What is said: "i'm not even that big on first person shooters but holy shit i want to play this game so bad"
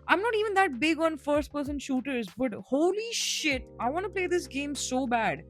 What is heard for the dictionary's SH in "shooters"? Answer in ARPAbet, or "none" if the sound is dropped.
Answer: SH